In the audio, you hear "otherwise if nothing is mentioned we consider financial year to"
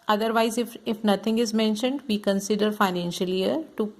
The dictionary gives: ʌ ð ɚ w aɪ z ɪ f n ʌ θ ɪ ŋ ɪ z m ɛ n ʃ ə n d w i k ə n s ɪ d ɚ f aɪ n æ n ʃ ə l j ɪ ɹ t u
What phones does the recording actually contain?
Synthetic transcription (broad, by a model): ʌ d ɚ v aɪ z ɪ f n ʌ t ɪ ŋ ɪ z m ɛ n ʃ ə n d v i k ə n s ɪ d ɚ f aɪ n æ n ʃ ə l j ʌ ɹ t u